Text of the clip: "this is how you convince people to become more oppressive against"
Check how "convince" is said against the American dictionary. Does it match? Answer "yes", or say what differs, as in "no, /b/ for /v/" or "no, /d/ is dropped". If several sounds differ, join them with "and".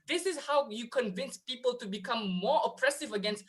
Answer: yes